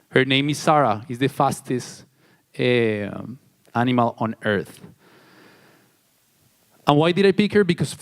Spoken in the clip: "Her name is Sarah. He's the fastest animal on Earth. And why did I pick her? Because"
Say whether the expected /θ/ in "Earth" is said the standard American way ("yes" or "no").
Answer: yes